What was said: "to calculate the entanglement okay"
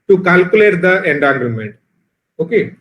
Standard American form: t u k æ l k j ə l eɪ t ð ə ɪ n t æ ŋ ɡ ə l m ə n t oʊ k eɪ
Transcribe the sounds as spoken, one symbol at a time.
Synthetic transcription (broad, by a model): t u k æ l k j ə l eɪ t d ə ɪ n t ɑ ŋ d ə m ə n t oʊ k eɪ